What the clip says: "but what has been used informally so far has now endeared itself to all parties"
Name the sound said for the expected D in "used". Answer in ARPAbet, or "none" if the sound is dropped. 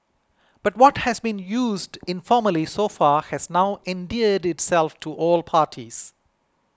D